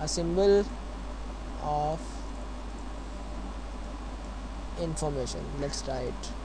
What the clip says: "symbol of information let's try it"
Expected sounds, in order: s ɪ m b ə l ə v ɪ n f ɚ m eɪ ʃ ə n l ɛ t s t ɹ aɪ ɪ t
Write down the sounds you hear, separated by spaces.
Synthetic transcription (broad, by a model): s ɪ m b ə l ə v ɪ n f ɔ m eɪ ʃ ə n l ɛ t s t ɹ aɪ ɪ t